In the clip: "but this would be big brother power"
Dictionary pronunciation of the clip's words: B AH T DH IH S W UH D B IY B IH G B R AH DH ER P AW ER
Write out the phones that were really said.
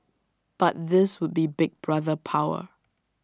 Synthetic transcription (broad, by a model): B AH T DH IH S W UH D B IY B IH G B R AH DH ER P AW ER